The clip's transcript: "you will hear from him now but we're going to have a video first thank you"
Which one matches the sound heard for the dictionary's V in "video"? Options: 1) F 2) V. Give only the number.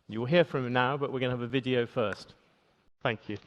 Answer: 2